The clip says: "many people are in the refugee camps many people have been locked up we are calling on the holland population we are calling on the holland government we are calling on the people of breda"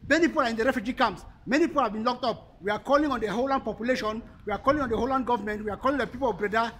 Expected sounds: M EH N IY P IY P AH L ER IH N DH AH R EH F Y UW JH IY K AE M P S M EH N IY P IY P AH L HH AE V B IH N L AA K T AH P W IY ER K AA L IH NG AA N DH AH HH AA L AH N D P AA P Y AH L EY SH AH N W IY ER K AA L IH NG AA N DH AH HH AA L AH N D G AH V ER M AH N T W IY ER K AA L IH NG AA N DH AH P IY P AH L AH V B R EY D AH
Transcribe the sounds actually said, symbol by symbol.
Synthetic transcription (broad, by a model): M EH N IY P IY P AH L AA IH N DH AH R EH F Y UW JH IY K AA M S M EH N IY P IY P AH L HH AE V B IH N L AA K T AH P W IY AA K AA L IH NG AA N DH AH HH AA L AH N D P AA P Y AH L EY SH AH N W IY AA K AA L IH NG AA N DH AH HH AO L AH N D G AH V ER M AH N T W IY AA K AA L IH NG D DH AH P IY P AH L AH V B R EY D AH